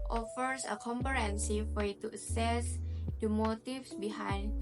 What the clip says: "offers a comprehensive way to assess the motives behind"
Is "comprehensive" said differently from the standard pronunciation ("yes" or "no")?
yes